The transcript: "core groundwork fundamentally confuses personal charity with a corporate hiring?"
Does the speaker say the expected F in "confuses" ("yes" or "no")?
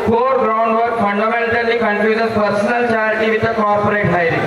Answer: no